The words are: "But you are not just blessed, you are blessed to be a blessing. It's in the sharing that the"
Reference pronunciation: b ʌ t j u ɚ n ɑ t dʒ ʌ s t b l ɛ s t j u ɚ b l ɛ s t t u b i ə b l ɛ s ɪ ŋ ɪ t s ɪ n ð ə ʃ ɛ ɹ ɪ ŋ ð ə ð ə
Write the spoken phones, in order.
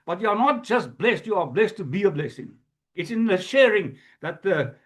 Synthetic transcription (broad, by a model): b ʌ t j u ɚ n ɑ t dʒ ʌ s t b l ɛ s t j u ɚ b l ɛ s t t u b i ə b l ɛ s ɪ ŋ ɪ t s ɪ n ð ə ʃ ɛ ɹ ɪ ŋ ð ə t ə